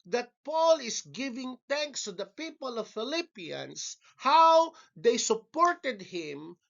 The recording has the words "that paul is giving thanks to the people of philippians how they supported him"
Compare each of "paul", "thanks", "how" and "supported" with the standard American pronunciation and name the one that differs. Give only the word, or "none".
thanks